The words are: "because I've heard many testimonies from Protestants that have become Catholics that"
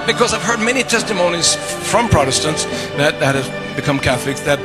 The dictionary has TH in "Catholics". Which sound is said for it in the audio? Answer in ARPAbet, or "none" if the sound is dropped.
TH